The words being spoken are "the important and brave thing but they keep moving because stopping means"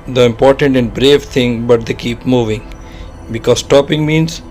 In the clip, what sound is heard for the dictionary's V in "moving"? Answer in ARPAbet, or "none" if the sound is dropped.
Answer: V